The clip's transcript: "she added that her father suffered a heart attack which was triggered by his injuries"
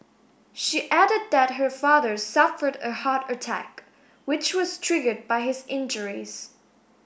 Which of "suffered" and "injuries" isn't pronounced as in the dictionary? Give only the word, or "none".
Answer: none